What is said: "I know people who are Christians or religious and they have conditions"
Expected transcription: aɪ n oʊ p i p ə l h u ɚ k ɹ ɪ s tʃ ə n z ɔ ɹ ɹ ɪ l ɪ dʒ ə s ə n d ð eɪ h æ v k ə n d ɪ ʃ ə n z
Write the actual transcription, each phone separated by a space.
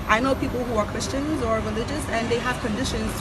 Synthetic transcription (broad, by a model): aɪ n oʊ p i p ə l h u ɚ k ɹ ɪ s tʃ ə n z ɔ ɹ ɹ ɪ l ɪ dʒ ə s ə n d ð eɪ h æ v k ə n d ɪ ʃ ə n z